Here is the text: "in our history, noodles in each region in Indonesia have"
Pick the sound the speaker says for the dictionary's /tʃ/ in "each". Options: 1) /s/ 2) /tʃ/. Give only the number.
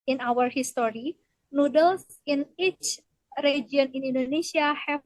2